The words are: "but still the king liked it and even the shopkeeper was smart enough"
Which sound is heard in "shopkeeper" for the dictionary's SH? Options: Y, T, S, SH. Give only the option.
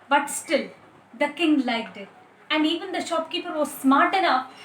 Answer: SH